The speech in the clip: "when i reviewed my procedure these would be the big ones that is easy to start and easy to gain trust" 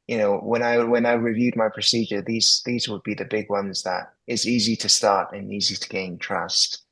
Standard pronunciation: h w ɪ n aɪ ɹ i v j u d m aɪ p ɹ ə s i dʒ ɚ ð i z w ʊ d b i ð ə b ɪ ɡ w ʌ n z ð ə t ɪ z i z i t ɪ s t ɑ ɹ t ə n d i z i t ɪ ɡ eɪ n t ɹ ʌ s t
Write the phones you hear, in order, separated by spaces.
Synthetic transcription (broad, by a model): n w ɪ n aɪ ɹ i v j u d m aɪ p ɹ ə s i dʒ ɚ ð i z w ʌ d b i ð ə b ɪ ɡ w ʌ n z ð ə t ɪ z i z i t ɪ s t ɑ ɹ t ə n i z i t ɪ ɡ eɪ n t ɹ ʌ s t